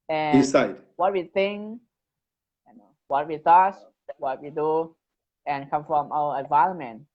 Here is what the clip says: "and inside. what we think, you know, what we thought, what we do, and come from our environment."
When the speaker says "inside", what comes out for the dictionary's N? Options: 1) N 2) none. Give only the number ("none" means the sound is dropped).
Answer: 2